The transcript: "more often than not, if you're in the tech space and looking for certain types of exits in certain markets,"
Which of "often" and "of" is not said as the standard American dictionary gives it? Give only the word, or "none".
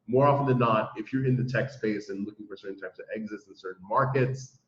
none